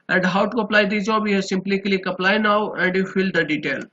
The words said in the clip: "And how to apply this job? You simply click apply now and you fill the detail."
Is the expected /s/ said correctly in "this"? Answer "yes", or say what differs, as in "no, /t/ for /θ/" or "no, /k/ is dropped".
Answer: no, /s/ is dropped